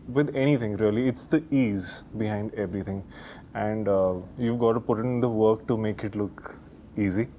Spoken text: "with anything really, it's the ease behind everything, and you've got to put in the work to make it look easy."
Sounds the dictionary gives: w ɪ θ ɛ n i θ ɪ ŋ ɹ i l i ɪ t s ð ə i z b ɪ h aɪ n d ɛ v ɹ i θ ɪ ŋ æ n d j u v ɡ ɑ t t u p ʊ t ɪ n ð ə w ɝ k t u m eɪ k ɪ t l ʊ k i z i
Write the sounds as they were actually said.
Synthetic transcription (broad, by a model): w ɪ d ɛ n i t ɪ ŋ ɹ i l i ɪ t s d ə i z b ɪ h aɪ n d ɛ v ɹ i t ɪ ŋ æ n d j u v ɡ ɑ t t u p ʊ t ɪ n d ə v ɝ k t u m eɪ k ɪ t l ʊ k i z i